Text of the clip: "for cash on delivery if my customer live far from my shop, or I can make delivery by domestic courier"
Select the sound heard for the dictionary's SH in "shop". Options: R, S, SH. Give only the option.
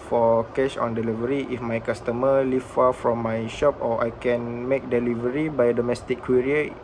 SH